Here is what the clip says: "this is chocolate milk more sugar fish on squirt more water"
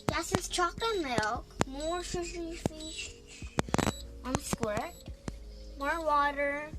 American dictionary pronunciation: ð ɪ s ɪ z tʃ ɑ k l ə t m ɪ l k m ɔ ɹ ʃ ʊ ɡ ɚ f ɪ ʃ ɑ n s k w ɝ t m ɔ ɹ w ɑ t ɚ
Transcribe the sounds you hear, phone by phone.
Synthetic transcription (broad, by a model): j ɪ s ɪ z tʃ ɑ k ə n m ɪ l k m ɔ ɹ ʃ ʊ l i f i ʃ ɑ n s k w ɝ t m ɔ ɹ w ɑ t ɚ